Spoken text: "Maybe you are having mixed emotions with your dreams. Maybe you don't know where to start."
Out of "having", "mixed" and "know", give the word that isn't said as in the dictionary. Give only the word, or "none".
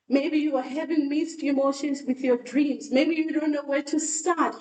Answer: mixed